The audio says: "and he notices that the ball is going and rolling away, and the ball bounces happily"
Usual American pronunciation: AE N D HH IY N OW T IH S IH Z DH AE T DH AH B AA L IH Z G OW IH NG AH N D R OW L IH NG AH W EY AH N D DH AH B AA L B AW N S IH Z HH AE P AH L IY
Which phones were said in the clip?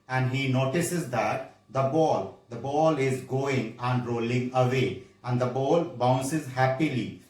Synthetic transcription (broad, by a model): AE N D HH IY N OW T IH S IH Z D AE T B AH B AA L IH Z G OW IH NG AH N D R OW L IH NG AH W EY AH N D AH B AA L B AW N S IH Z HH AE P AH L IY